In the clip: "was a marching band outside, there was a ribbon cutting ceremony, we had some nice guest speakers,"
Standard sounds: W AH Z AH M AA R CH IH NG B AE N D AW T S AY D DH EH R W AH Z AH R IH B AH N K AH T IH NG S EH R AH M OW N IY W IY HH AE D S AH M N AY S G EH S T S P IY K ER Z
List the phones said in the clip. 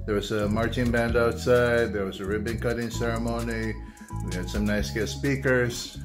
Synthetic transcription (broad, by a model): W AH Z AH M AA R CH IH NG B AE N D AW T S AY D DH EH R W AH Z AH R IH B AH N K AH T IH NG S EH R AH M OW N IY W IY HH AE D S AH M N AY S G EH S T S P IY K ER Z